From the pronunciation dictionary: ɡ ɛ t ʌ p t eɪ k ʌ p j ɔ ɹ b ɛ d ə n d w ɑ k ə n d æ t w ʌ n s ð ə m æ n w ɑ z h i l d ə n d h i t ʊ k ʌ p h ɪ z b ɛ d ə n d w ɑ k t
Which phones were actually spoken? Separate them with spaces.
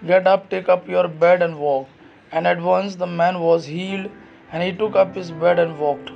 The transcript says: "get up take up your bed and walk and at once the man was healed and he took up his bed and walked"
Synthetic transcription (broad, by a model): ɡ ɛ t ʌ p t eɪ k ʌ p j ɔ ɹ b ɛ d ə n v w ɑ k ə n d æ t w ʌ n s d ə m æ n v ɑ z h i l d ə n d h i t ʊ k ʌ p h ɪ z b ɛ d ə n d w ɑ k t